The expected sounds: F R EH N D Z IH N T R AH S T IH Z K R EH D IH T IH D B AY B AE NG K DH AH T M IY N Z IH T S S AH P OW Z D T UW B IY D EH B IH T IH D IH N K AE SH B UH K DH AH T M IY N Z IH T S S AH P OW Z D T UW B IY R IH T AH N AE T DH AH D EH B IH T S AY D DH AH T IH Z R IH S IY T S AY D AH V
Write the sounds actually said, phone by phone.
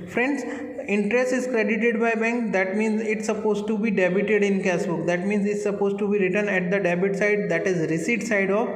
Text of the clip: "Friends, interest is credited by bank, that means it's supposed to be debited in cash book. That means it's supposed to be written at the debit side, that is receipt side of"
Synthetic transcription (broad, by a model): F R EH N D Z IH N T R AH S T IH Z K R EH D IH T IH D B AY B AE NG K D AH T M IY N Z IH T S S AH P OW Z T UW B IY D EH B IH T IH D IH N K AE S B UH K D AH T M IY N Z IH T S S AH P OW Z T UW B IY R IH T AH N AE T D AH D EH B IH T S AY D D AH T IH Z R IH S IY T S AY D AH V